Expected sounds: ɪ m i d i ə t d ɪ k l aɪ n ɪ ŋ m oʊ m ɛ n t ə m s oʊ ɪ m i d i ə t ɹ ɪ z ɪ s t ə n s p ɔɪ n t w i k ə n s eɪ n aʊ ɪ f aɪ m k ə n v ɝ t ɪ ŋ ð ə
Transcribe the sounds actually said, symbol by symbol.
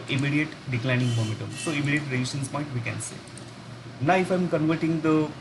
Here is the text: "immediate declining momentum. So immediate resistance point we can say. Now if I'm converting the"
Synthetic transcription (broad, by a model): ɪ m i d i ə t d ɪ k l aɪ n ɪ ŋ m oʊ m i t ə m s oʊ ɪ m i d i ə t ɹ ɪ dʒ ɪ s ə n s p ɔɪ n t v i k ə n s eɪ n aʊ ɪ f aɪ m k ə n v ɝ t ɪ ŋ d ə